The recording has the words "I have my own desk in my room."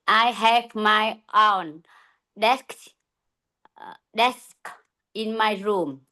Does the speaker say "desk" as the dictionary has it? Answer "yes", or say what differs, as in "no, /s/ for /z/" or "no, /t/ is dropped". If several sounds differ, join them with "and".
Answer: yes